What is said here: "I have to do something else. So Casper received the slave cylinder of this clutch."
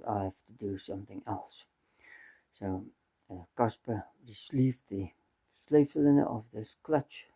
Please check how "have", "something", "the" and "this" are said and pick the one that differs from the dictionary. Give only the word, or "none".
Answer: have